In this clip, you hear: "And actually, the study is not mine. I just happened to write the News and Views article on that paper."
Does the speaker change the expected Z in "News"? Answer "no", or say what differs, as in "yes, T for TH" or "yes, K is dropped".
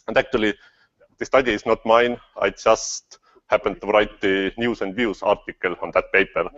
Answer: yes, S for Z